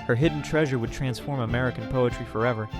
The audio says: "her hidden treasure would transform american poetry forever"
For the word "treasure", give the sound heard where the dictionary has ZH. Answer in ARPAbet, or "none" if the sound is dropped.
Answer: ZH